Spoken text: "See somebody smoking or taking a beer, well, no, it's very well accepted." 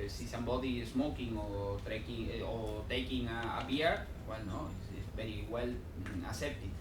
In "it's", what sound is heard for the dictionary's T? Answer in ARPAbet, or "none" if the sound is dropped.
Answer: S